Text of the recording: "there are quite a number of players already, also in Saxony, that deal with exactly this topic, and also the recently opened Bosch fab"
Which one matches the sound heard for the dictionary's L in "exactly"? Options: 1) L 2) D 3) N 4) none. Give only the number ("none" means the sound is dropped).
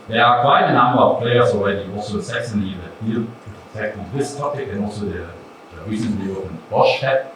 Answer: 4